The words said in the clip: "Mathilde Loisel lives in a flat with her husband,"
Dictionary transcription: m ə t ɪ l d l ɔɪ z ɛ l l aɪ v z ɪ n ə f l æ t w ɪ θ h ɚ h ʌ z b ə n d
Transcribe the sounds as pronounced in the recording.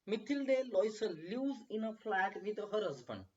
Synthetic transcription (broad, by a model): m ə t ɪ l d l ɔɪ s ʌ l l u z ɪ n ə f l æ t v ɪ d h ɚ h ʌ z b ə n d